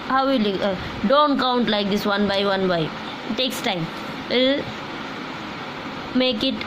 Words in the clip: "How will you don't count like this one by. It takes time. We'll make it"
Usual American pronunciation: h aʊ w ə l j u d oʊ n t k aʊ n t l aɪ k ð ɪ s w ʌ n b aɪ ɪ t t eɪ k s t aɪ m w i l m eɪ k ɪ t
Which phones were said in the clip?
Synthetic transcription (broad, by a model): h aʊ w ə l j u d oʊ n t k aʊ n t l aɪ k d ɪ s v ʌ n b aɪ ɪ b t eɪ k s t aɪ m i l m eɪ k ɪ t